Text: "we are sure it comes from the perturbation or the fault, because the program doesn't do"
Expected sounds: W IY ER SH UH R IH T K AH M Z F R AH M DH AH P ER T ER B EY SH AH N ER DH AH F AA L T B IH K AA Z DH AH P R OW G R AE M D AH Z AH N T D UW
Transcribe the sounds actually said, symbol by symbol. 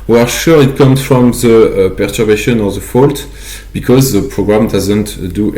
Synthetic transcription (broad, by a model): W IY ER SH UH R IH T K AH M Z F R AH M DH AH P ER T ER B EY SH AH N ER DH AH F AA L T B IH K AA Z DH AH P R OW G R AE M D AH Z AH N T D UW